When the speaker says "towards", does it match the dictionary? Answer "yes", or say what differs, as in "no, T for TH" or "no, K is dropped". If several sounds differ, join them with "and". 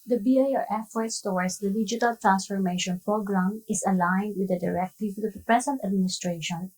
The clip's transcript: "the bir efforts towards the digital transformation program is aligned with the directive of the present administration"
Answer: no, W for R